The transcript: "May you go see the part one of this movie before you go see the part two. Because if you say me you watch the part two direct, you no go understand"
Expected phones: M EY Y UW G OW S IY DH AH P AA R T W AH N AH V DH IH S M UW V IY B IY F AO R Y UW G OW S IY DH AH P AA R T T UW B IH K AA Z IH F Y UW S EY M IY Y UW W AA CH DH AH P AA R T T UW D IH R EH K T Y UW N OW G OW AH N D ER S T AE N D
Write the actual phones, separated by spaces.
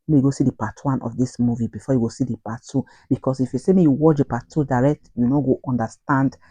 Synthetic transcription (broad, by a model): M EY Y UW G OW S IY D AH P AA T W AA N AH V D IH S M UW V IY B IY F AO Y UW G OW S IY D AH P AA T T UW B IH K AA S IH F Y UW S EY M IY Y UW W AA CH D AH P AA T T UW D IH R EH K T Y UW N OW G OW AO N D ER S T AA N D